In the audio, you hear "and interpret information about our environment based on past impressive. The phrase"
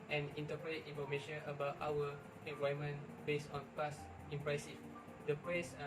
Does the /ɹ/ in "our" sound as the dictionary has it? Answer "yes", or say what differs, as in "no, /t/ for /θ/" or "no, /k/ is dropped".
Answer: no, /w/ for /ɹ/